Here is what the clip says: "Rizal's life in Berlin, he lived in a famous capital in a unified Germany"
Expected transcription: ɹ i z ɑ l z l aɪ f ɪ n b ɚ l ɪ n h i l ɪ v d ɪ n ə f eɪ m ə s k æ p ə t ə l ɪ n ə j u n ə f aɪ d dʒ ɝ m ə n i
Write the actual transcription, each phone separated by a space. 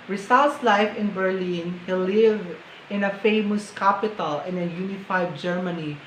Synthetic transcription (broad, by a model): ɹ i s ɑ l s l aɪ f ɪ n b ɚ l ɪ n h i l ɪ v ɪ n ə f eɪ m ə s k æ p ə t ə l ɪ n ə j u n ə f aɪ d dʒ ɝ m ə n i